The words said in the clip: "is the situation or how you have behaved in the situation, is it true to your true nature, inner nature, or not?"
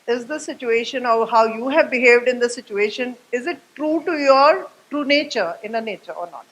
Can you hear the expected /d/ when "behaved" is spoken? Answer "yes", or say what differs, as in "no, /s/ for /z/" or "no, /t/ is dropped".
yes